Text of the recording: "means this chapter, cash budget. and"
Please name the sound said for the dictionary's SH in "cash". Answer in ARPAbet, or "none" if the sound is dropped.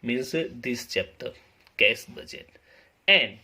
S